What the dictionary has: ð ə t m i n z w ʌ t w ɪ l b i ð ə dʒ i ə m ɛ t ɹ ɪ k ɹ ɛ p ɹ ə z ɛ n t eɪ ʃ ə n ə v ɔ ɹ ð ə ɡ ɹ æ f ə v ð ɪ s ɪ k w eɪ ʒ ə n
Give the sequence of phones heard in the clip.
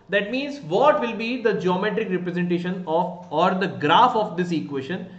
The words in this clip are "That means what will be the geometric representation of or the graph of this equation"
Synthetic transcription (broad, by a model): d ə t m i n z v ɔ t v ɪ l b i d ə dʒ i ə m ɛ t ɹ ɪ k ɹ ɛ p ɹ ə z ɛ n t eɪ ʃ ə n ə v ɔ ɹ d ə ɡ ɹ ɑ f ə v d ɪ s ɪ k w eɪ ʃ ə n